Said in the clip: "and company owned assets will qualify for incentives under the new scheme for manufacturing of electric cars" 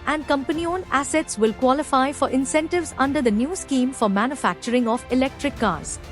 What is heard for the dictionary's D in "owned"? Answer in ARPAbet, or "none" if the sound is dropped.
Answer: none